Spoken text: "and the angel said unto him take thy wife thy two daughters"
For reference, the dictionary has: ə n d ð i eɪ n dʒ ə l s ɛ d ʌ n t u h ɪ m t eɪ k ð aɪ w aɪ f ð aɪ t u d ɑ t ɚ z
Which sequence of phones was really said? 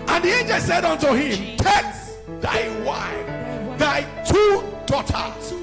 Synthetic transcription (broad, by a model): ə n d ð i eɪ n dʒ ə l s ɛ d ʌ n t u h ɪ m t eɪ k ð aɪ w aɪ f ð aɪ t u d ɑ t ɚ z